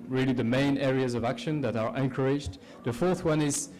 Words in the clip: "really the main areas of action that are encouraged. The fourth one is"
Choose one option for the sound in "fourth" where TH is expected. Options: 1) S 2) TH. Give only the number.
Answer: 2